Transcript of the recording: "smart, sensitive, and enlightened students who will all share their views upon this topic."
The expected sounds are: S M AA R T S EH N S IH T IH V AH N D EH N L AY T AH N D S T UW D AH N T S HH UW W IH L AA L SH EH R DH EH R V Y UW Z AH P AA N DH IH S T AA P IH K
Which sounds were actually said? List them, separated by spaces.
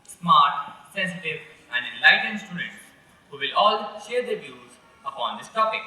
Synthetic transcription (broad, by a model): S M AA R T S EH N S IH T IH V AH N D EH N L AY T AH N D S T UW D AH T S HH UW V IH L AA L SH EH R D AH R V Y UW Z AH P AA N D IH S T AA P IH K